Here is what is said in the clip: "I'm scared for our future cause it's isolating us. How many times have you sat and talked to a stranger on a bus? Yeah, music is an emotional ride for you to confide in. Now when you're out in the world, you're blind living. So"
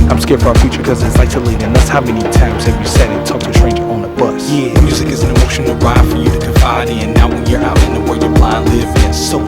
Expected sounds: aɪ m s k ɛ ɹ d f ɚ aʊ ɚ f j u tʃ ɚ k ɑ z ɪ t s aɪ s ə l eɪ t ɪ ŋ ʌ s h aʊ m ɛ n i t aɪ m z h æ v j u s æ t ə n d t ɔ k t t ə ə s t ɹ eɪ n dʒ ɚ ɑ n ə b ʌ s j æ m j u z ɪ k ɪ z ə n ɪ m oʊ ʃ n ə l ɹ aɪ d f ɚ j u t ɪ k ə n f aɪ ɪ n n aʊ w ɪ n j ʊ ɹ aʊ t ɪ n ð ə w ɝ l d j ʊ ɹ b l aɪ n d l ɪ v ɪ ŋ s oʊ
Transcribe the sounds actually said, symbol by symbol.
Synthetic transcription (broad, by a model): aɪ m s k ɛ ɹ d f ɚ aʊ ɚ f j u tʃ ɚ k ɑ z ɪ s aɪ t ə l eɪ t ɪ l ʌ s h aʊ m ɛ n i t aɪ m z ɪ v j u s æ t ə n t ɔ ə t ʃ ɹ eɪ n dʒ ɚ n ə b ʌ s j æ m j u z ɪ k ɪ z n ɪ m oʊ ʃ n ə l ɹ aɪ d f ɚ j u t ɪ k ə f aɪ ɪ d n aʊ w ɪ n j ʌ ɹ aʊ t ɪ n ð ə w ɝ j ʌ ɹ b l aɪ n l ɪ v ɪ s oʊ